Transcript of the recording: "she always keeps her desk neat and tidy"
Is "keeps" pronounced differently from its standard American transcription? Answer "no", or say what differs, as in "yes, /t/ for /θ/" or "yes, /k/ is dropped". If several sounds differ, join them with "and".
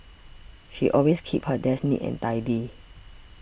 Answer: yes, /s/ is dropped